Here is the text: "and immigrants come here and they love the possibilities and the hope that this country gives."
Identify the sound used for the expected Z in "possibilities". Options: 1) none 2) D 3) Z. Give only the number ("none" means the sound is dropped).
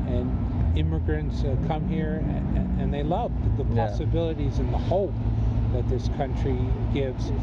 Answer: 3